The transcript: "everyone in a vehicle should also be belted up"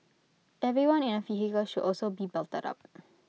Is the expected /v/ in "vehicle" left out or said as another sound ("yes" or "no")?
yes